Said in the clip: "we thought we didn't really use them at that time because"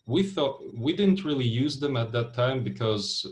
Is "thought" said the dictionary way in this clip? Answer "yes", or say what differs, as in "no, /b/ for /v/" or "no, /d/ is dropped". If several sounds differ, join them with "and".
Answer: yes